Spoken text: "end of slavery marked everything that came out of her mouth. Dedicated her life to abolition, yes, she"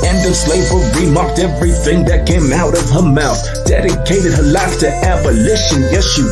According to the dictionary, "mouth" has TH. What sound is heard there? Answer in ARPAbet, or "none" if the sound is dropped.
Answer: TH